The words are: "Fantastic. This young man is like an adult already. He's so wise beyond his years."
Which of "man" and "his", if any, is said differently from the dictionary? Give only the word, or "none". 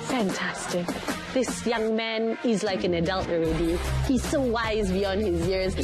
none